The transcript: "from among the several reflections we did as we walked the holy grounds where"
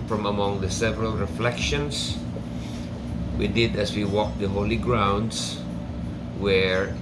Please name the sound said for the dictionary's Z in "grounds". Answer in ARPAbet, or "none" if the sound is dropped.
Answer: S